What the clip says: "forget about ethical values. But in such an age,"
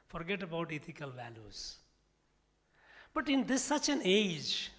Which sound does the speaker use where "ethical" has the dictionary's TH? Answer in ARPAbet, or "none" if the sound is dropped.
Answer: T